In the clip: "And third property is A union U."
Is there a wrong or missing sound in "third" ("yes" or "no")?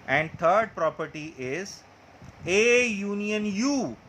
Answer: yes